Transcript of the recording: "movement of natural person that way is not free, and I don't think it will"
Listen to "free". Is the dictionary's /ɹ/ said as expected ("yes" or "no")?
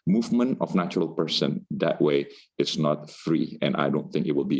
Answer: yes